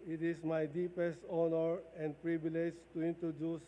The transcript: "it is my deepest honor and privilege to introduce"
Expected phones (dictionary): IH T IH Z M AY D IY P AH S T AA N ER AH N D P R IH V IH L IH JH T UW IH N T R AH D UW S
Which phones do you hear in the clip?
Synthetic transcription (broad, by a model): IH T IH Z M AY D IY P AH S T AA N ER AH N D P R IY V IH L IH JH T UW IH N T R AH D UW S